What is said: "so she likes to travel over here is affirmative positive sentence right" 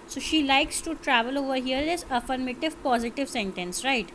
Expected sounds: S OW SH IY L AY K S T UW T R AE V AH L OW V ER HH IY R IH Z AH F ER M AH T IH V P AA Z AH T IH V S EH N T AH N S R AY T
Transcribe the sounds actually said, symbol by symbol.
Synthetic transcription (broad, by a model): S OW SH IY L AY K S T UW T R AE V AH L OW V ER HH IY R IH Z AH F ER M AH T IH V P AA Z AH T IH V S EH N T AH N S R AY T